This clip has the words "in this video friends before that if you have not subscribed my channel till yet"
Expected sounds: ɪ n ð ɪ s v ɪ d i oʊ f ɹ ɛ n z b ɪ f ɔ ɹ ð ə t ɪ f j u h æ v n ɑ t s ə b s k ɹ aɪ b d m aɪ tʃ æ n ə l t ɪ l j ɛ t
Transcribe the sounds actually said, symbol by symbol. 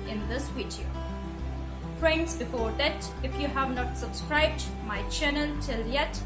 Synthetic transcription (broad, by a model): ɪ n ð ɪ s w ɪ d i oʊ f ɹ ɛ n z b ɪ f ɔ ɹ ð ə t ɪ f j u h æ v n ɑ t s ə b s k ɹ aɪ b d m aɪ tʃ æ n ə l t ɪ l j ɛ t